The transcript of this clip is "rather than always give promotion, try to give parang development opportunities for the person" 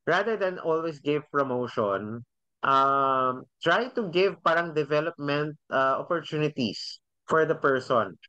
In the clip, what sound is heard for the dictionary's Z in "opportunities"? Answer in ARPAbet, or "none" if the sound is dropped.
S